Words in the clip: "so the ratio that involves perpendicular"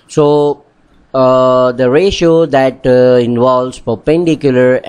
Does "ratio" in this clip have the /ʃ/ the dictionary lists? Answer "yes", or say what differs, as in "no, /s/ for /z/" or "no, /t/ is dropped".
yes